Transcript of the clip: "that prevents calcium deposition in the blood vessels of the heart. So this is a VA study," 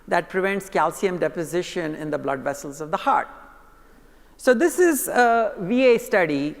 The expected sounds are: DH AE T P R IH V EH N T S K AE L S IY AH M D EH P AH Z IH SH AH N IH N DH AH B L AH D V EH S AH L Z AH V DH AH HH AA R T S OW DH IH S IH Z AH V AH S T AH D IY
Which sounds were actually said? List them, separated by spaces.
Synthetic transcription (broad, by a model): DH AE T P R IH V EH N T S K AE L S IY AH M D EH P AH Z IH SH AH N IH N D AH B L AH D V EH S AH L Z AH V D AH HH AA R T S OW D IH S IH Z AH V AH S T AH D IY